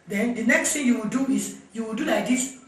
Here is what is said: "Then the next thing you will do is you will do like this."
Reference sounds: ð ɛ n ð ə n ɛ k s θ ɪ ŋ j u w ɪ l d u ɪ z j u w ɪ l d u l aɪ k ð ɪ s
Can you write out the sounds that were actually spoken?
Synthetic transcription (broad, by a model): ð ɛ n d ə n ɛ k s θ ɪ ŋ j u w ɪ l d u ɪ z j u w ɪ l d u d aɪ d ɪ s